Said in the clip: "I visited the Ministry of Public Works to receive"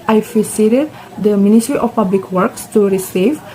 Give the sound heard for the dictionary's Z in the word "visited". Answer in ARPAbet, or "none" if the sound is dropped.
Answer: S